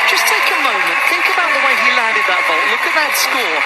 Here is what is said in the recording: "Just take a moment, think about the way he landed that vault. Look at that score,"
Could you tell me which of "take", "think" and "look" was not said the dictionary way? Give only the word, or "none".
none